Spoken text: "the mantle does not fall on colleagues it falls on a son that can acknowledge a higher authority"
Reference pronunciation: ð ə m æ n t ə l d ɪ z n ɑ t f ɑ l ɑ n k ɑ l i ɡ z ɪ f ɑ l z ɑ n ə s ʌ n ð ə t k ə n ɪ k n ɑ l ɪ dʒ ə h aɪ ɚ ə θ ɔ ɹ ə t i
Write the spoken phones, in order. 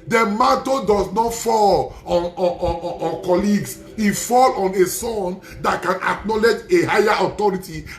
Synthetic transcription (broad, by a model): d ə m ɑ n t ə d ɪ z n ɑ t f ɑ l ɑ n k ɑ l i ɡ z ɪ f ɑ l ɑ n ə s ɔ n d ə t k ə n ɪ k n ɑ l ɪ dʒ ə h aɪ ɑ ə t ɔ ɹ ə t i